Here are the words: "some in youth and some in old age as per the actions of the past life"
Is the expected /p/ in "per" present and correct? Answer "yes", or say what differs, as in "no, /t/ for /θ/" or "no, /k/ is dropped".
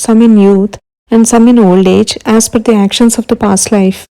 no, /f/ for /p/